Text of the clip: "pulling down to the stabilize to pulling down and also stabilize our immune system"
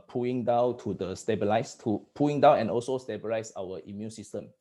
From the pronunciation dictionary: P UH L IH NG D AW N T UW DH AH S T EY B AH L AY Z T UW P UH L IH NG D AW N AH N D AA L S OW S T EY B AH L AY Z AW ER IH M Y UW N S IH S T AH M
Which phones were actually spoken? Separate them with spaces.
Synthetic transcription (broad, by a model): P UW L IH NG D AW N T UW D AH S T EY B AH L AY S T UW P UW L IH NG D AW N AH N AA L S OW S T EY B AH L AY S AW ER IH M Y UW N S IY S T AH M